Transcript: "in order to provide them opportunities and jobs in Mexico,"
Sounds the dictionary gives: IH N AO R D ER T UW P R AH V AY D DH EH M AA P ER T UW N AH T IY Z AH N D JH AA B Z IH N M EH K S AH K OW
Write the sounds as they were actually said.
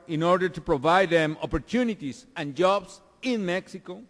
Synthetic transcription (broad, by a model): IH N AO R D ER T UW P R AH V AY D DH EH M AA P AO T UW N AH T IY S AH N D JH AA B S IH N M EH K S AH K OW